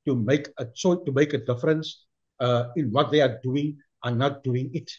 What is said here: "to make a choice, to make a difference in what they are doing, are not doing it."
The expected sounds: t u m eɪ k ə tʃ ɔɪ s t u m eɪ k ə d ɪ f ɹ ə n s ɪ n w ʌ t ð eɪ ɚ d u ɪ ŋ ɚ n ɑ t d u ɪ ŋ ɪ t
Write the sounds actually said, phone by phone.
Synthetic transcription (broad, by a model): t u m eɪ k ə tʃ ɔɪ t u m eɪ k ə d ɪ f ɹ ə n s ɪ n w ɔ t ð eɪ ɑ d u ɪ ŋ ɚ n ɑ t d u ɪ ŋ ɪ t